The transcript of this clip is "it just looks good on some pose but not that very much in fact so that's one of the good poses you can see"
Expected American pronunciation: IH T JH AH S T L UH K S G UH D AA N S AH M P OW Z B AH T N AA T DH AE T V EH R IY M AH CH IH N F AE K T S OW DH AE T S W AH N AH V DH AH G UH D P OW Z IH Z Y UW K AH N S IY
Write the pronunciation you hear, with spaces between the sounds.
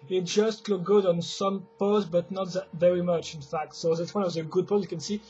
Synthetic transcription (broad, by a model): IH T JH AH S T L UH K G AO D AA N S AH M P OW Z B AH T N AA T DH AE T V EH R IY M AH CH IH N F AE K T S OW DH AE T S W AH N AH V DH AH G UH D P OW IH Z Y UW K AH N S IY